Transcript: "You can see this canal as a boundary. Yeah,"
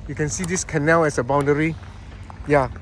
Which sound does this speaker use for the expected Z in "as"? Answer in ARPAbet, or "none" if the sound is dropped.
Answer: S